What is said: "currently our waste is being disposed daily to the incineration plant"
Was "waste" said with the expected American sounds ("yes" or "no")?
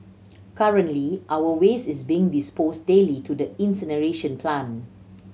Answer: no